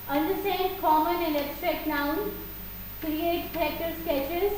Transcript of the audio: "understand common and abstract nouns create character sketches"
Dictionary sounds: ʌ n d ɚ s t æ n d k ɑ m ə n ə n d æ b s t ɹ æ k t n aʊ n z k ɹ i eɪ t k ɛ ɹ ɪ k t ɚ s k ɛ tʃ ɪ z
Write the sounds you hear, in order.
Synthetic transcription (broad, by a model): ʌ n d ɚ s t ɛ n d k ɑ m ə n ə n d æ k s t ɹ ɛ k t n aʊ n k ɹ i eɪ t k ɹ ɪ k t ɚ s k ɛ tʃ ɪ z